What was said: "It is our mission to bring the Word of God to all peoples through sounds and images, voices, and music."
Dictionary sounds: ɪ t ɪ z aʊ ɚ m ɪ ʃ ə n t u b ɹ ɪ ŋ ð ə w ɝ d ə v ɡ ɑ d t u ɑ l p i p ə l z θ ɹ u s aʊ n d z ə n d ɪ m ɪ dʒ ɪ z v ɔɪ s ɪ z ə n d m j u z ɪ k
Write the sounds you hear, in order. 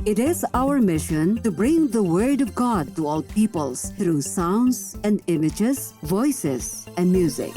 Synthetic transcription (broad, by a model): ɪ t ɪ z aʊ ɚ m ɪ ʃ ə n t u b ɹ ɪ ŋ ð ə w ɝ d ə v ɡ ɑ d t u ɑ l p i p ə l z t ɹ u s aʊ n d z ə n d ɪ m ɪ dʒ ɪ z v ɔɪ s ɪ z ə n d m j u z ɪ k